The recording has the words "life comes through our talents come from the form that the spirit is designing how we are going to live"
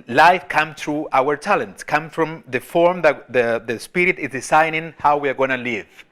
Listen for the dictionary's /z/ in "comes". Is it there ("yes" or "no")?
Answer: no